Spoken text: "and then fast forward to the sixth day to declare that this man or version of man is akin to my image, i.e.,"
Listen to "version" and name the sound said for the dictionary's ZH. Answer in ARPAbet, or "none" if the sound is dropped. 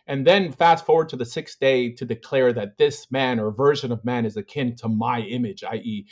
ZH